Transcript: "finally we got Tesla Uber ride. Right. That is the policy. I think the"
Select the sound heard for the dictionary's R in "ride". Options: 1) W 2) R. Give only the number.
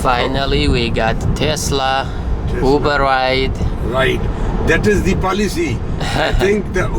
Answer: 1